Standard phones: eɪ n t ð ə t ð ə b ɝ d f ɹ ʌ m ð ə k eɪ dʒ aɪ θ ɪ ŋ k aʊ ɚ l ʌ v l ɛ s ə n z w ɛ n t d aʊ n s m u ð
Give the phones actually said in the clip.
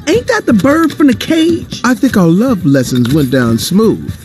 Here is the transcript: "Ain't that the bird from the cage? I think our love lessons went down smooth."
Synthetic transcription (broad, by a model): eɪ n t ð ə t ð ə b ɝ d f ɹ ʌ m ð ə k eɪ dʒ aɪ θ ɪ ŋ k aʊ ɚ l ʌ v l ɛ s ə n z w ɛ n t d aʊ n s m u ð